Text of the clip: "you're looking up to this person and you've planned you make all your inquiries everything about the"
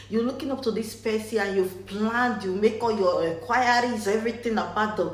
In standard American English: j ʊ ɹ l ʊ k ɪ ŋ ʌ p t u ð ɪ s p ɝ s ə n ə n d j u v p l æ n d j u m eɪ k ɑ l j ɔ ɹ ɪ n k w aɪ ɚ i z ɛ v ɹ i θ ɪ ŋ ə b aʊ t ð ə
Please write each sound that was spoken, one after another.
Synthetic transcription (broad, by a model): j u l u k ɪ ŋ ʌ p t u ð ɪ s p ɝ s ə ə n j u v p l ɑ n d j u m eɪ k ɑ l j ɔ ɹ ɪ k w aɪ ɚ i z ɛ v ɹ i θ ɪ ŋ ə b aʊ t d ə